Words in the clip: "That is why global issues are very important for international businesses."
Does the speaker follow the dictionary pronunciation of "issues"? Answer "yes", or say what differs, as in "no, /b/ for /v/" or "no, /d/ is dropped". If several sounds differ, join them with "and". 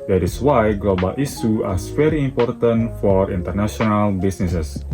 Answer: no, /z/ is dropped